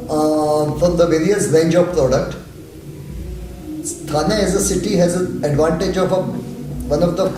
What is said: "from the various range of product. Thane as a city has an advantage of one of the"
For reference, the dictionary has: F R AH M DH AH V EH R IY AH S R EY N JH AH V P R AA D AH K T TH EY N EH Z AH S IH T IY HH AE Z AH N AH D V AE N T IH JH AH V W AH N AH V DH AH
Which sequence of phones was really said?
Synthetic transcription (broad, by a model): F R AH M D AH V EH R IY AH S R EY N JH AH V P R AA D AH K T S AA N EH Z AH S IH T IY HH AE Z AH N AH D V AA N T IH JH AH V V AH N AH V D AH